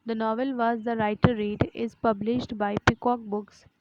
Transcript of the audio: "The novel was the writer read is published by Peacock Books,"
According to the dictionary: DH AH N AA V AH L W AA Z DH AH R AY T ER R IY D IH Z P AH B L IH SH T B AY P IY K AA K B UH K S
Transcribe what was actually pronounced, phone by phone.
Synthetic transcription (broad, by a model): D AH N AA V AH L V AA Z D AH R AY T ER R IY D IH Z P AH B L IH SH T B AY P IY K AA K B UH K S